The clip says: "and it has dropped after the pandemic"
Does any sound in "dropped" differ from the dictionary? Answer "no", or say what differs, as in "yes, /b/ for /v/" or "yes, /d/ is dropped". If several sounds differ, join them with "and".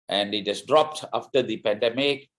no